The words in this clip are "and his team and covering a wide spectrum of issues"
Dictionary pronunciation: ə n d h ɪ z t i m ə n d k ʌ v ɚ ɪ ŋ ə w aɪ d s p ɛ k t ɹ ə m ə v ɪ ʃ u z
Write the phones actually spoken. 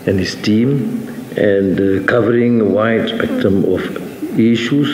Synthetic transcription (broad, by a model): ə n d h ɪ s t i m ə n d k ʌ v ɚ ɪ ŋ w aɪ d s p ɛ k t ə m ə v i ʃ u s